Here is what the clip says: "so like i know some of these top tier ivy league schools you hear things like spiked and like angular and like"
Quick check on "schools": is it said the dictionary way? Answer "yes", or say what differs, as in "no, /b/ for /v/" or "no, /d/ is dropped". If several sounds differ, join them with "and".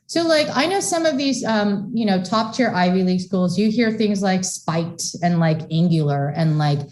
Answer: yes